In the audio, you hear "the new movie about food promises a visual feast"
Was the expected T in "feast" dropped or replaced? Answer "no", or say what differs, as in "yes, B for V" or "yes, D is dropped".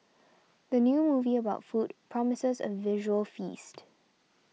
no